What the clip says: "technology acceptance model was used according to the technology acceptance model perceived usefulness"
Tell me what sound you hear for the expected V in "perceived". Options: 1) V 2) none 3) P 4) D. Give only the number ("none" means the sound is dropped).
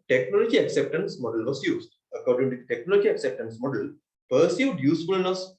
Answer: 2